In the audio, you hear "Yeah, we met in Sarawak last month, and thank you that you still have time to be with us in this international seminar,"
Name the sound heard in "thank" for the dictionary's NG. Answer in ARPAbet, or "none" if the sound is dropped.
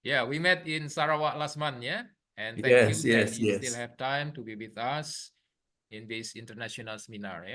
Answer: none